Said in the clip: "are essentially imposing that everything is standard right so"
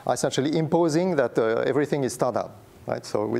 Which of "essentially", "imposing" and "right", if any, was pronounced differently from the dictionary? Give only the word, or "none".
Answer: none